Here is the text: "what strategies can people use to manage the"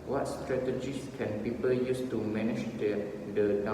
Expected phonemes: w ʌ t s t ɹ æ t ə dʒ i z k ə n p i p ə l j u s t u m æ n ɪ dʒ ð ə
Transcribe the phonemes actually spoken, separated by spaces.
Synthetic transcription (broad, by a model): w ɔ t s t ɹ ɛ t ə dʒ i s k ə n p i p ə l j u s t u m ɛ n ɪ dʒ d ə